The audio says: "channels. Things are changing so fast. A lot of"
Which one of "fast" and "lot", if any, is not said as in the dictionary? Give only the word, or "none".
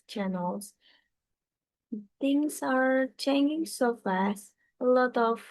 fast